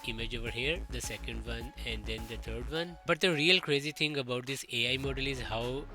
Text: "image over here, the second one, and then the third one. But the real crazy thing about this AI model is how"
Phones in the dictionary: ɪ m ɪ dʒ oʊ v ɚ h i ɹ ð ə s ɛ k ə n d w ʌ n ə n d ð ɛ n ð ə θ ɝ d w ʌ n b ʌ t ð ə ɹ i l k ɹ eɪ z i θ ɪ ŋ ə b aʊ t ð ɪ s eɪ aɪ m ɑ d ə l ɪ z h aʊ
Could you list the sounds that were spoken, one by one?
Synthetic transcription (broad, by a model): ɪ m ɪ dʒ oʊ v ɚ h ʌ ɹ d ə s ɛ k ə n d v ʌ n ə n d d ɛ n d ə t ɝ d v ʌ n b ʌ t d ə ɹ i l k ɹ eɪ z i t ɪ ŋ ə b aʊ t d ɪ s eɪ aɪ m ɑ d ə l ɪ z h aʊ